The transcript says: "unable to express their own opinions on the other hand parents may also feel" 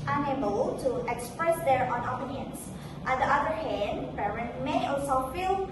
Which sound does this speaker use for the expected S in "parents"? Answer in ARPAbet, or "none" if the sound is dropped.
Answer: none